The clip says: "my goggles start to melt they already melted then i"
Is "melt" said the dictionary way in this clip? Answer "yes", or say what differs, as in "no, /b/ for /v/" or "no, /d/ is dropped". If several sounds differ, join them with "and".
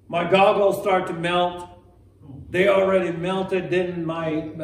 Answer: yes